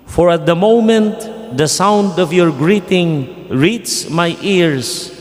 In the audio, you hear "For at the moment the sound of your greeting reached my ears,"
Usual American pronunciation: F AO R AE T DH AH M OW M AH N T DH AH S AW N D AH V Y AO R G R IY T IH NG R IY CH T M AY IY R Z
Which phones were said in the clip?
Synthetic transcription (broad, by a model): F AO R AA T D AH M OW M AH N T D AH S AW N D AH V Y AO R G R IY T IH NG R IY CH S M AY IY R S